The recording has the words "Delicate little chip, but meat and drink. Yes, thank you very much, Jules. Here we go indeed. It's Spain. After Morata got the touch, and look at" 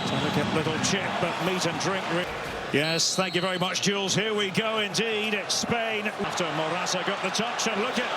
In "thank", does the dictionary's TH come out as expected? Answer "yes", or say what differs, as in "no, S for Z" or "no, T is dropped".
yes